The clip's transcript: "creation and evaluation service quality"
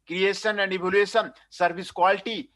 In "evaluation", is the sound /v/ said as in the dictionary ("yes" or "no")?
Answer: no